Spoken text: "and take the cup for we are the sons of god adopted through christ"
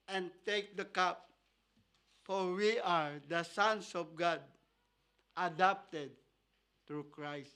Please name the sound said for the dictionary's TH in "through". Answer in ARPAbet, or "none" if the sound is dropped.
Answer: T